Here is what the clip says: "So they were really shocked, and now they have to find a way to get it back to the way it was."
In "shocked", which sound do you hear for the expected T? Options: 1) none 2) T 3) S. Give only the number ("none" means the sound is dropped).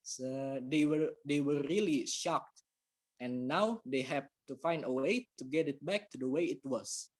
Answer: 2